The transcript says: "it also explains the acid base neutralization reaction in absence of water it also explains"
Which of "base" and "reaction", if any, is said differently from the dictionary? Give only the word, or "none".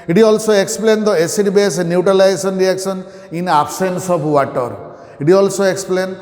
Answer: reaction